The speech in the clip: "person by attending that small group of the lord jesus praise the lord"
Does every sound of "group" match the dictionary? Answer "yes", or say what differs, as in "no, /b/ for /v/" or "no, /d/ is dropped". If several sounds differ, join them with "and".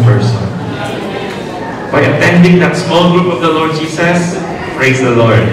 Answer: yes